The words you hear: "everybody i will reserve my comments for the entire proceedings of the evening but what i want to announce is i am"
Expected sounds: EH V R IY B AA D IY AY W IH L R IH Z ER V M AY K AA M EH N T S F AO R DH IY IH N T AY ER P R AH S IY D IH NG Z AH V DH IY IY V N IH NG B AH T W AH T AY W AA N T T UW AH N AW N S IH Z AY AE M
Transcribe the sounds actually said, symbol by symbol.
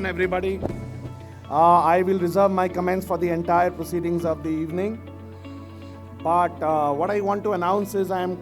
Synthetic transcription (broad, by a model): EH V R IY B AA D IY AY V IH L R IH Z ER V M AY K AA M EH N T S F AO R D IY IH N T AY ER P R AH S IY D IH NG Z AH V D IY IY V N IH NG B AH T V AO T AY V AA N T T UW AH N AW N S IH Z AY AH M